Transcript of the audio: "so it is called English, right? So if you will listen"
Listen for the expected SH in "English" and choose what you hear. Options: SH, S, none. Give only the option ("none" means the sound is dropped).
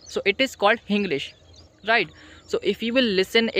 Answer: SH